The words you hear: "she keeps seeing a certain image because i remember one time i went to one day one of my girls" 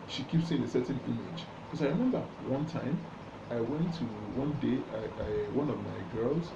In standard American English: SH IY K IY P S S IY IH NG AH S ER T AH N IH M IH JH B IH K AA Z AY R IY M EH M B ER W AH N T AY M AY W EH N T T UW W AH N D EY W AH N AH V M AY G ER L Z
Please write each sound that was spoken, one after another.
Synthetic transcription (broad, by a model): SH IY K IY P S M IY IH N AH S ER T N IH M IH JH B K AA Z AY R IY M EH M B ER W AH N T AY M AY W EH N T T UW W AH N D EY W AH N AH V M AY G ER L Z